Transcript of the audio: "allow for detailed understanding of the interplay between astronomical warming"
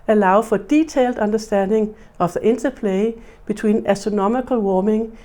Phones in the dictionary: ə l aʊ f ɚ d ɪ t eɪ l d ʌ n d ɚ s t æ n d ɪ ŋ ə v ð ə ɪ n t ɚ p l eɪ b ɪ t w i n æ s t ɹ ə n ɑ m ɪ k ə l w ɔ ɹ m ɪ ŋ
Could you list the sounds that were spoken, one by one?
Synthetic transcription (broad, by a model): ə l aʊ f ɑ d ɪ s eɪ l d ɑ n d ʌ s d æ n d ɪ ŋ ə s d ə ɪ n s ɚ p l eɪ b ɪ s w i n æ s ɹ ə n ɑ m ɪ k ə l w ɔ m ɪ ŋ